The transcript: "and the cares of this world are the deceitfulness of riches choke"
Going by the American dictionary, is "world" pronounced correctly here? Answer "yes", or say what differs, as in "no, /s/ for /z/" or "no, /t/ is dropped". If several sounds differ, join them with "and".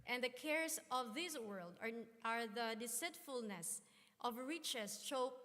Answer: yes